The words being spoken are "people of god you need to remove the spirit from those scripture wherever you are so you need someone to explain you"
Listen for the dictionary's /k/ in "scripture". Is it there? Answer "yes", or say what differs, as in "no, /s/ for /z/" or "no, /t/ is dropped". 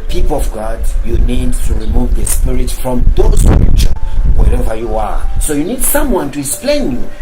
no, /k/ is dropped